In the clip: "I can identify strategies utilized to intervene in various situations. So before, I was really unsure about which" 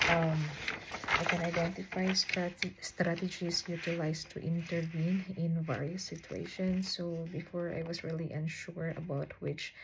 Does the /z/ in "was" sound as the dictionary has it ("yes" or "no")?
no